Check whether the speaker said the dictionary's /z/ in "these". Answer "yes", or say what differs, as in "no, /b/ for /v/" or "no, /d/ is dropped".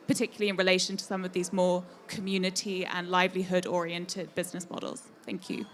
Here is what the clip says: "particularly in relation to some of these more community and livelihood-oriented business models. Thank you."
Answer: yes